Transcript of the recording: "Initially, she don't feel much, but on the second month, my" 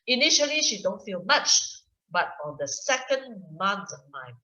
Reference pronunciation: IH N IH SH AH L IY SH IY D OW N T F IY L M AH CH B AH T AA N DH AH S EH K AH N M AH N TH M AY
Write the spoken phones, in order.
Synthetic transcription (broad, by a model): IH N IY SH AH L IY SH IY D OW N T F IY L M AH CH B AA T AA N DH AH S EH K AH N M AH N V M AY